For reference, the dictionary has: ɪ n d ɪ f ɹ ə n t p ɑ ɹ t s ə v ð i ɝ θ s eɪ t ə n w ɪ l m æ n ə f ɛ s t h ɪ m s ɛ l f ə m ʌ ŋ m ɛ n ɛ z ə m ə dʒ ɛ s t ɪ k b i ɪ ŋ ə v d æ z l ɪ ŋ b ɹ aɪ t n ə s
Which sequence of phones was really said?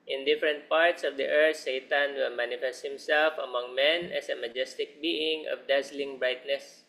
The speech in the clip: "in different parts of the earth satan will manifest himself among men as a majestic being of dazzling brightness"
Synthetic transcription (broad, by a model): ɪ n d ɪ f ɹ ə n t p ɑ ɹ t s ə v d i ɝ t s eɪ t ə n w ɪ l m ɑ n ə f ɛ s t h ɪ m s ɛ l f ə m ʌ ŋ m ɛ n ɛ s ə m ə dʒ ɛ s t ɪ k b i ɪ ŋ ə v d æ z l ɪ ŋ b ɹ aɪ t n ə s